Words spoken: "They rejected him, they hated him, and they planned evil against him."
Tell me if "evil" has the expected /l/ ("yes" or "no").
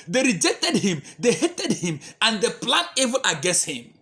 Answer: no